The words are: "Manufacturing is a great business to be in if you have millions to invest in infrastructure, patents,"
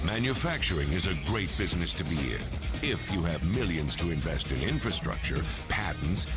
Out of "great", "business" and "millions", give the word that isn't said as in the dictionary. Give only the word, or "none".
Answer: none